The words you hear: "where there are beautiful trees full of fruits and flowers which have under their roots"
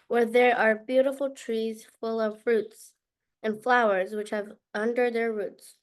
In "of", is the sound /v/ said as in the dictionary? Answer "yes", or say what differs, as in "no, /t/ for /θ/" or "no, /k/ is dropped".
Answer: yes